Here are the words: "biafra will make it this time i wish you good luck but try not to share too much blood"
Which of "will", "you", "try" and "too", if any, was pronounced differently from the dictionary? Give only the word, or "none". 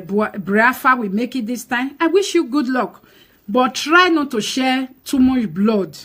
will